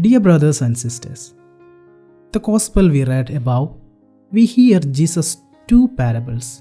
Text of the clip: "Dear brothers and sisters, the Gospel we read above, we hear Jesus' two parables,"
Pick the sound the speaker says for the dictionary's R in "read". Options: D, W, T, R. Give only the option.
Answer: R